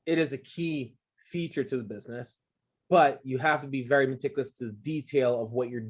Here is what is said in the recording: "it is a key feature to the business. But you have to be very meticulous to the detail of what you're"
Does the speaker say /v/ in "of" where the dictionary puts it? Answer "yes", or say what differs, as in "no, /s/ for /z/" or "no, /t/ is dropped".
yes